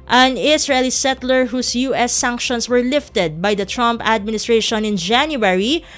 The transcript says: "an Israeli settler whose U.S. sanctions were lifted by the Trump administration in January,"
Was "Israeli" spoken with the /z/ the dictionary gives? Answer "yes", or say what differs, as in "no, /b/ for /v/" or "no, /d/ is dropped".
no, /s/ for /z/